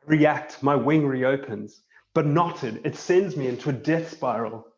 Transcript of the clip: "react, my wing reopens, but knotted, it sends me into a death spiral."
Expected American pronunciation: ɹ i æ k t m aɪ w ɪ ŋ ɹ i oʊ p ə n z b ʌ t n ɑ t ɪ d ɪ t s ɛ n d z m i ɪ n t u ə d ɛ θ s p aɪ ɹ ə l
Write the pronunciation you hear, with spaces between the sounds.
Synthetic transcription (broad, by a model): ɹ i æ k t m aɪ w ɪ ŋ ɹ i oʊ p ə n z b ʌ t n ɑ t ɪ d ɪ t s ɛ n d z m i ɪ n t u ə d ɛ θ s p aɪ ɹ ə l